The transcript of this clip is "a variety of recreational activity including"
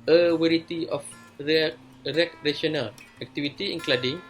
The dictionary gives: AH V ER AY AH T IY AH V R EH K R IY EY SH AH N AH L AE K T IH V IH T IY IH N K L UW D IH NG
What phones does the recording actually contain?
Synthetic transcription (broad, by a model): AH W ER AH T IY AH F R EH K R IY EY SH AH N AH L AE K T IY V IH T IY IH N K L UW D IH NG